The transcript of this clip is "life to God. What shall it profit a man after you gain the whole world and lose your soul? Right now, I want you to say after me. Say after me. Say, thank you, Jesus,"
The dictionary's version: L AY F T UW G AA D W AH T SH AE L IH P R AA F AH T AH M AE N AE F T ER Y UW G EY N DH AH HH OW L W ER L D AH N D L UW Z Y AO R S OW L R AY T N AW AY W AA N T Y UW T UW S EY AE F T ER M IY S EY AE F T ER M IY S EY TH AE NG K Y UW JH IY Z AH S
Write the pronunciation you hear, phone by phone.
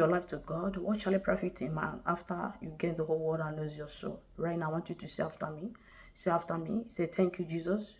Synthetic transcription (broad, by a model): L AY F T UW G AA D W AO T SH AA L IH P R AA F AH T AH M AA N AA F T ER Y UW G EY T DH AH HH OW L W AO D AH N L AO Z Y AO S OW L R AY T N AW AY W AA N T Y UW T UW S EY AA F T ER M IY S EY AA F T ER M IY S EY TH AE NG K Y UW JH IY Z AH S